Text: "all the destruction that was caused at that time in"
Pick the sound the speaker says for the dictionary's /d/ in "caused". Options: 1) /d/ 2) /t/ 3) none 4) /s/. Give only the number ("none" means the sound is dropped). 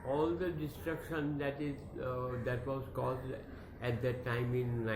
1